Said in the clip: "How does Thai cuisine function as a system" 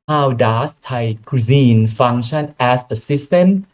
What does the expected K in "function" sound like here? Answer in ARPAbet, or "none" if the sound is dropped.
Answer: none